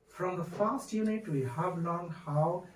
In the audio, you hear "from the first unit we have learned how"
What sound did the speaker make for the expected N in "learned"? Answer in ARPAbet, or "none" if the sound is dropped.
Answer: none